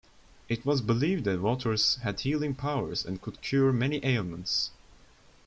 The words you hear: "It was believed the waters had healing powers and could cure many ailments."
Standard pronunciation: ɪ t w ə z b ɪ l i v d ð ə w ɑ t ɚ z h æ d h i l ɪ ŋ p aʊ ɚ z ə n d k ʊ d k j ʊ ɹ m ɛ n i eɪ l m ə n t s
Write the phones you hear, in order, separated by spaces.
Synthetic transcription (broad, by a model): ɪ t w ə z b ɪ l i v d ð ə w ɑ t ɚ z h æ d h i l ɪ ŋ p aʊ ɚ z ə n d k ʊ d k j ʊ ɹ m ɛ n i eɪ l m ə n t s